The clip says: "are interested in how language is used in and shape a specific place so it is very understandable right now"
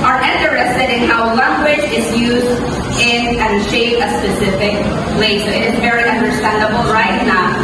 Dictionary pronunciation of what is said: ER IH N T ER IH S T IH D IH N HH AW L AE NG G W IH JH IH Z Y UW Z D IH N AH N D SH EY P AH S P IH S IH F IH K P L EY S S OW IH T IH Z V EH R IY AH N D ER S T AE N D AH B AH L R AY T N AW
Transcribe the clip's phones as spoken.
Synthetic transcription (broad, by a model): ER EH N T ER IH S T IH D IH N HH AW L AE NG G W IH JH IH Z Y UW Z D IH N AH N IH SH EY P AH S P IH S IH F IH K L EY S S OW IH T IH Z V EH R IY AH N D ER S T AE N D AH B L R AY T N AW